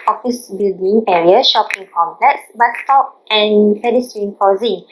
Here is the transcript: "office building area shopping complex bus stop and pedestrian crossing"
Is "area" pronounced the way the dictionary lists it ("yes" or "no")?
yes